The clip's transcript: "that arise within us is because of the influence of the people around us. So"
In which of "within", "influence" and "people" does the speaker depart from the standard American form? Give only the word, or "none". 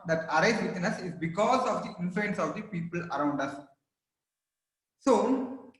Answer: within